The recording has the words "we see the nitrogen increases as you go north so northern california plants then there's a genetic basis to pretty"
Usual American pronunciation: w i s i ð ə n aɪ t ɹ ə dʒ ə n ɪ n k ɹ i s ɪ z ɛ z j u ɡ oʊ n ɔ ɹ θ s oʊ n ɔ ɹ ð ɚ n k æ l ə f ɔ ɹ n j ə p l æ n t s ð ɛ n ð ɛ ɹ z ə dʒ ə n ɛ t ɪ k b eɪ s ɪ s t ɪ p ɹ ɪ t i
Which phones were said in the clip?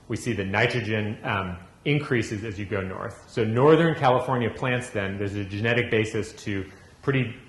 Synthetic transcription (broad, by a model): w i s i ð ə n aɪ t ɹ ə dʒ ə n ɪ n k ɹ i s ɪ z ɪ z j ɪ ɡ oʊ n ɔ ɹ θ s oʊ n ɔ ɹ ð ɚ n k æ l ə f ɔ ɹ n j ə p l æ n t s ð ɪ n ð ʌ ɹ z ə dʒ ə n ɛ t ɪ k b eɪ s ɪ s t ɪ p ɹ ɪ t i